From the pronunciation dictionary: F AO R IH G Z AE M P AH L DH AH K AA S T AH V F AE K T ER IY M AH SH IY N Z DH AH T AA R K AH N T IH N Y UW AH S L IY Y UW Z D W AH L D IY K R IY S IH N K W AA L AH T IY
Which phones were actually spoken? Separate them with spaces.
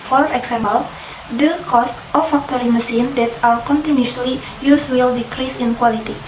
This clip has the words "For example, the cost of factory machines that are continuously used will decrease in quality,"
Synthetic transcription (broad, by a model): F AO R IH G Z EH M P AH L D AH K AA S T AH F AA K T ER IY M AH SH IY N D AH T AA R K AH N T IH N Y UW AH L IY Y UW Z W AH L D IY K R IY S IH N K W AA L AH T IY